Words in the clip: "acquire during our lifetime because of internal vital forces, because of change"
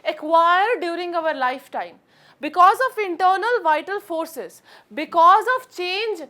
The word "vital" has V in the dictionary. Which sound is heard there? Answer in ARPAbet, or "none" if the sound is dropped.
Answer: V